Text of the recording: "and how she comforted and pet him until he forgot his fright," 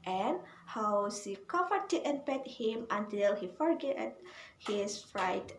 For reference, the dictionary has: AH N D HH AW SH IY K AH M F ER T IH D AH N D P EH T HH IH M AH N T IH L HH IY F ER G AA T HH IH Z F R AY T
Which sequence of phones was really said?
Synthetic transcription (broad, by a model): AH N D HH AW S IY K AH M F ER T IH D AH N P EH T HH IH M AH N T IH L HH IY F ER G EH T HH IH S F R AY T